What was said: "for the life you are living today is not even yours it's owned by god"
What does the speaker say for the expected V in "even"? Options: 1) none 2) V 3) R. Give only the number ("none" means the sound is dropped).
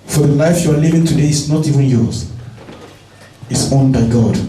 2